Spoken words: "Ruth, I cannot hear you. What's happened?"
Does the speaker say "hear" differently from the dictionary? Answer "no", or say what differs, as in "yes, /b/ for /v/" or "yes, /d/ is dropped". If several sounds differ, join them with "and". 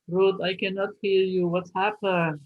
no